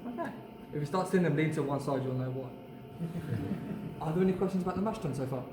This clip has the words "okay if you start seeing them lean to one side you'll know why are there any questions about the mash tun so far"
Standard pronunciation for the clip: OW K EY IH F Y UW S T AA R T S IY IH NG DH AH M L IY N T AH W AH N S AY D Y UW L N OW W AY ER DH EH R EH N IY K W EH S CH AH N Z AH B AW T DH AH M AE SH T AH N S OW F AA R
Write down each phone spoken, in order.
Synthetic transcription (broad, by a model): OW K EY IH F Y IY S T AA T S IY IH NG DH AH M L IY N T AH W AH N S AY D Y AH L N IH W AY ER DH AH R EH N IY K W EH S CH AH N Z AH B AW T DH AH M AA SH T AH N S OW F AA